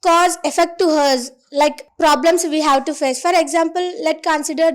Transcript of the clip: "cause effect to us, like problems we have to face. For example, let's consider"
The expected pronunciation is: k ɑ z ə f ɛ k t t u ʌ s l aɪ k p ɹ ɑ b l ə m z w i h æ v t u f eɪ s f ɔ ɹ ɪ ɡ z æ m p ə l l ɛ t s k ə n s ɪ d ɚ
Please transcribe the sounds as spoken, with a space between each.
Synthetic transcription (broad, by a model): k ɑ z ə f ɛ k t t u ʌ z l aɪ k p ɹ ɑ b l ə m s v i h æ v t u f eɪ s f ɔ ɹ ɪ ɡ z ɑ m p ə l l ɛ t k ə n s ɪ d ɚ